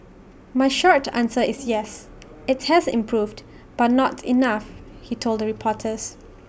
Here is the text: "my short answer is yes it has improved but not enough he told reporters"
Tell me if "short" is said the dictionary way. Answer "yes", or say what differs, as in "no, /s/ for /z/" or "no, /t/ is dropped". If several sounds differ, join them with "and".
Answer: yes